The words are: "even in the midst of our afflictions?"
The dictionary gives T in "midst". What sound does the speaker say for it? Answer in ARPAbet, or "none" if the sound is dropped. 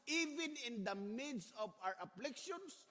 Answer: none